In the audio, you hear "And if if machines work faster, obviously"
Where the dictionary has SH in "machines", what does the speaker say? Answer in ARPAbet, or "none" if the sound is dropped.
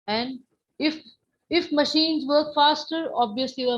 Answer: SH